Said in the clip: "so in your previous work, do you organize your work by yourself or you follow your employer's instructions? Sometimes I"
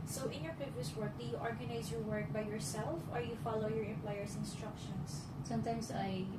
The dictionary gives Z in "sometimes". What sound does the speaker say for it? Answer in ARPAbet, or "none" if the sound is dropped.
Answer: S